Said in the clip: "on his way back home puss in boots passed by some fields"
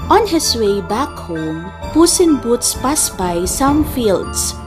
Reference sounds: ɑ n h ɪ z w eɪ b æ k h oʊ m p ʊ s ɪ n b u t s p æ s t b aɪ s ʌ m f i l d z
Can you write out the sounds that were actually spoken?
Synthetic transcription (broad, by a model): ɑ n h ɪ s w eɪ b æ k h oʊ m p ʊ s ɪ n b u t s p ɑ s b aɪ s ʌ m f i l d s